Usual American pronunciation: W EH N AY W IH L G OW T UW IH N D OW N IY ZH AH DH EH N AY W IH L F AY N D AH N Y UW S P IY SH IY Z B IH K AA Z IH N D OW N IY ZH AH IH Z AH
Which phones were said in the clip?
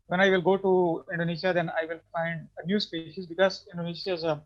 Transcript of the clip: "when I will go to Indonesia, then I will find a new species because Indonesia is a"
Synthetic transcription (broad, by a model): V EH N AY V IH L G OW T UW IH N D OW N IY SH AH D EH N AY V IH L F AY N D AH N Y UW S P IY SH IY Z B IH K AA Z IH N D OW N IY SH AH IH Z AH